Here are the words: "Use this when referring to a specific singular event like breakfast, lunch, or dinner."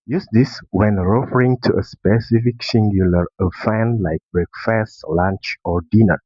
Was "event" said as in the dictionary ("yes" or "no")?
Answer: no